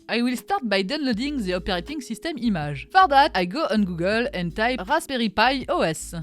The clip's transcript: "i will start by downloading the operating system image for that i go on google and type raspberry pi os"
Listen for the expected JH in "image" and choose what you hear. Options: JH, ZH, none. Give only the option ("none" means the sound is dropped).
ZH